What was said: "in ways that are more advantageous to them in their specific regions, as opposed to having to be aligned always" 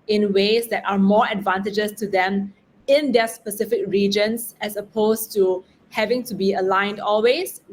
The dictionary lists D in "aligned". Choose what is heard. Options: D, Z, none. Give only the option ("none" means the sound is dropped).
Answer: D